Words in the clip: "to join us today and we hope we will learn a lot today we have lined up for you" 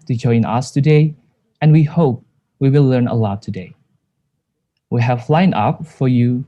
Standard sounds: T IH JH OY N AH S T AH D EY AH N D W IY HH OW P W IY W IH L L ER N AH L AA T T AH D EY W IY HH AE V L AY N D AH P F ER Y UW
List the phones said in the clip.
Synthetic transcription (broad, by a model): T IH JH OY N AH S T AH D EY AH N W IY HH OW P W IY W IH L L ER N AH L AA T T AH D EY W IY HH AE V L AY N AH P F ER Y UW